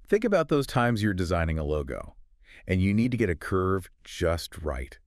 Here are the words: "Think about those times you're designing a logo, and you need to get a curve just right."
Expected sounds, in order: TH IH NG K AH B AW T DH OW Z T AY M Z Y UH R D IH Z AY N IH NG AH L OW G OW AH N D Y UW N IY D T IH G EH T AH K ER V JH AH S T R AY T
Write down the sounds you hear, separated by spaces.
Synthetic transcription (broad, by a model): TH IH NG K AH B AW T DH OW Z T AY M Z Y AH R D IH Z AY N IH NG AH L OW G OW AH N Y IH N IY D T IH G EH T AH K ER V JH AH S T R AY T